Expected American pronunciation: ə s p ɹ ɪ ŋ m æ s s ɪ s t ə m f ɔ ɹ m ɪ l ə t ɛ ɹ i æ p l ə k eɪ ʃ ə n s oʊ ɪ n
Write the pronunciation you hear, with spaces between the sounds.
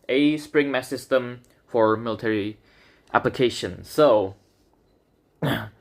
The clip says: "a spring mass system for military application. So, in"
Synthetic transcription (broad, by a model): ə s p ɹ ɪ ŋ m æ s s ɪ s t ə m f ɔ ɹ m ɪ l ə t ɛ ɹ i æ p l ə k eɪ ʃ ə n s oʊ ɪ